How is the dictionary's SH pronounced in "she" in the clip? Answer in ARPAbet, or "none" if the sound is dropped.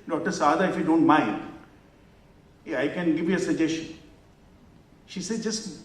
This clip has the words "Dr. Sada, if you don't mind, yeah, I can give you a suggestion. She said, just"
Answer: SH